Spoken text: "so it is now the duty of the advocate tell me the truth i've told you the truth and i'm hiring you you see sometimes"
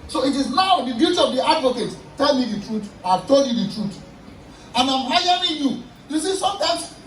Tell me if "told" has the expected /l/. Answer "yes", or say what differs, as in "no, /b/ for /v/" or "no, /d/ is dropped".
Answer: yes